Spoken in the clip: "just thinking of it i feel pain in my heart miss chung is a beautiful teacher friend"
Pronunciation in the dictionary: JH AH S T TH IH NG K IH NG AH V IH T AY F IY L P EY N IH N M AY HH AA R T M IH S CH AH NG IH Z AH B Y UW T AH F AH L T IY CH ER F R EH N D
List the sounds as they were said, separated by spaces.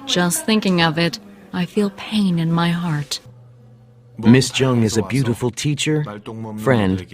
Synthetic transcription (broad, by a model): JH AH S T TH IH NG K IH NG AH V IH T AY F IY L P EY N IH N M AY HH AA R T M IH S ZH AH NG IH Z AH B Y UW T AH F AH L T IY CH ER F R EH N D